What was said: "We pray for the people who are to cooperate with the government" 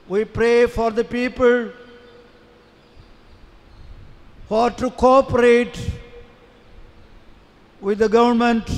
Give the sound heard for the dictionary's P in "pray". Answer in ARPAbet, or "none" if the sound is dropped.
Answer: P